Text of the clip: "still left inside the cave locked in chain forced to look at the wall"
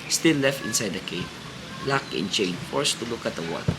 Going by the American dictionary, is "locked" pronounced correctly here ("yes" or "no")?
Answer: no